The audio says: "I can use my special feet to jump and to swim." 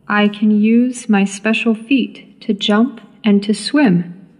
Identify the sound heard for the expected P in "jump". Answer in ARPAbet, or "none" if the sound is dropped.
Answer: P